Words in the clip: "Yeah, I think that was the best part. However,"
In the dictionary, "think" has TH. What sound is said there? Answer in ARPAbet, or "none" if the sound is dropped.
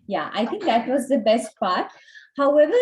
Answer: T